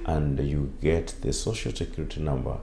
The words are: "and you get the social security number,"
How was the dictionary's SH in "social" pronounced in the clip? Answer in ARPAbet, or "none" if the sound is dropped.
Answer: SH